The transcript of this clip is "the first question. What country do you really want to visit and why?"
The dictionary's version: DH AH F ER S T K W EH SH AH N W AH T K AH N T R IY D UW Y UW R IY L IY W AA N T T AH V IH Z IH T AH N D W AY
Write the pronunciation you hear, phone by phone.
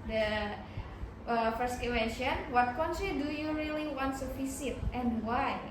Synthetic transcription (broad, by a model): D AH F ER S T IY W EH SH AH N W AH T K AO N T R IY D UW Y UW R IY L IY W AA N T S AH F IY S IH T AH N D W AY